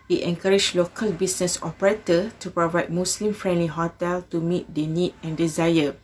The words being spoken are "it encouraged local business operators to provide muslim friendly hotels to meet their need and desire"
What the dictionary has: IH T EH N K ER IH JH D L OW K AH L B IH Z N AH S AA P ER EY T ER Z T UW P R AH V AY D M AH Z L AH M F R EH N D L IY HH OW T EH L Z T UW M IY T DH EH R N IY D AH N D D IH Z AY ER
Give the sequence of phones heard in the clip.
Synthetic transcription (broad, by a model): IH T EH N K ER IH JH L OW K AH L B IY S N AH S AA P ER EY T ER T UW P R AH V AY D M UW S L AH M F R EH N D L IY HH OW T EH L T UW M IY T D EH N IY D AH N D D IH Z AY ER